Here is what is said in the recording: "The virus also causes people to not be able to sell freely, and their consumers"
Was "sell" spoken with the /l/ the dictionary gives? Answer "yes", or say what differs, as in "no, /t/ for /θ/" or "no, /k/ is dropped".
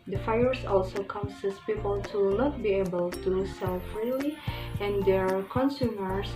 yes